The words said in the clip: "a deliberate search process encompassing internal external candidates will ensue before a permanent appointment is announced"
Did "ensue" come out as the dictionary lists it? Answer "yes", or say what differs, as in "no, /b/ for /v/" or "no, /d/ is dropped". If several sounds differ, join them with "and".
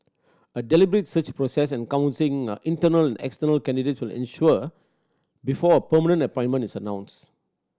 no, /ʃ/ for /s/